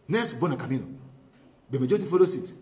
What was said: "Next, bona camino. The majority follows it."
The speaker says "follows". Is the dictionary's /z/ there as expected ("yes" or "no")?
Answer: no